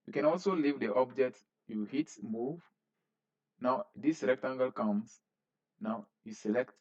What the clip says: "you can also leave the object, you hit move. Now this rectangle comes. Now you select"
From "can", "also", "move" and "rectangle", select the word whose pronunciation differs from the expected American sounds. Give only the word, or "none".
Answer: rectangle